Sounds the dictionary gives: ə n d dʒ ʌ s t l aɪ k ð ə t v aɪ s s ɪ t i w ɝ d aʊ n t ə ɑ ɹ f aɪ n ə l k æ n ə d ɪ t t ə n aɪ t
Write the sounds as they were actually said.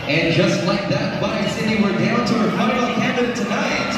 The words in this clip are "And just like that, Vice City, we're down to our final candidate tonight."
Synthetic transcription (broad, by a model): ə n dʒ ʌ s t l aɪ k ð ə t b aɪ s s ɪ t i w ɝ d aʊ n t ə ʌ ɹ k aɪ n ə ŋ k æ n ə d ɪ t t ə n aɪ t